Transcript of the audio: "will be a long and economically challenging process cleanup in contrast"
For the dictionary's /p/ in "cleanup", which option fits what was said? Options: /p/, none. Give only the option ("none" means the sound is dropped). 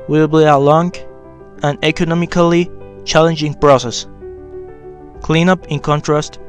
/p/